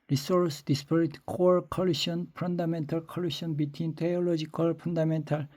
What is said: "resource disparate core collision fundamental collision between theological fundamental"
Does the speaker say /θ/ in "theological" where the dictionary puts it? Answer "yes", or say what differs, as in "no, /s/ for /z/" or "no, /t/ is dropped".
no, /t/ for /θ/